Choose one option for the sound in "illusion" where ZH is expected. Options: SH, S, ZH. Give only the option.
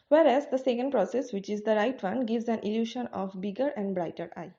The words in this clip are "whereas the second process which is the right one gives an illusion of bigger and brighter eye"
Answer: SH